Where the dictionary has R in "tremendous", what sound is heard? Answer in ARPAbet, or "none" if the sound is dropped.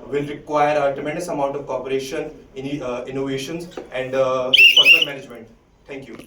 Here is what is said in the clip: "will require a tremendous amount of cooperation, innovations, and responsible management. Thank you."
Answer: none